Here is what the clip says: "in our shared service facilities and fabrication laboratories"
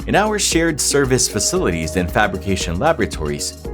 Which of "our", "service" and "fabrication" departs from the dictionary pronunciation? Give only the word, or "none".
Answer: none